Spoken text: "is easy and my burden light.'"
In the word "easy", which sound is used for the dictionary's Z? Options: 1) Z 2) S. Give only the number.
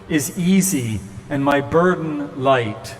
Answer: 1